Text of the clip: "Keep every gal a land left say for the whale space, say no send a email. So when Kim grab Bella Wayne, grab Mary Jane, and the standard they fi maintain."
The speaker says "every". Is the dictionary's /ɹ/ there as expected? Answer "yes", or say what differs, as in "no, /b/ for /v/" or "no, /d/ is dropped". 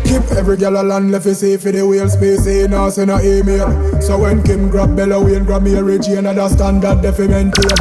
yes